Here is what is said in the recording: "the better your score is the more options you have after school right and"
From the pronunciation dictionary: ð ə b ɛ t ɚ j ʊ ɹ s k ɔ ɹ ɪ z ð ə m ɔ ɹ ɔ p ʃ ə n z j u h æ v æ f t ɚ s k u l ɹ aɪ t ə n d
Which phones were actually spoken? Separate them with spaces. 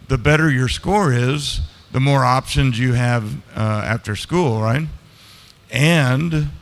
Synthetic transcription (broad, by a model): ð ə b ɛ t ɚ j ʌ ɹ s k ɔ ɹ ɪ z ð ə m ɔ ɹ ɔ p ʃ ə n z j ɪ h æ v æ f t ɚ s k u l ɹ aɪ t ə n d